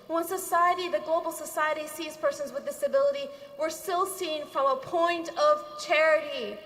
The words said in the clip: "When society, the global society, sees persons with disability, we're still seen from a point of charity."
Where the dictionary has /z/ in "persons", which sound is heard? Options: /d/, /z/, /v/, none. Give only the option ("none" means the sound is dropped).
/z/